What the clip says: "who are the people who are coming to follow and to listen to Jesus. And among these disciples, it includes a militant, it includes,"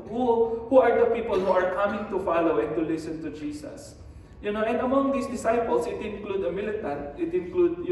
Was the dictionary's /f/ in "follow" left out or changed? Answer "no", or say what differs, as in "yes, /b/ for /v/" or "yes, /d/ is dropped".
no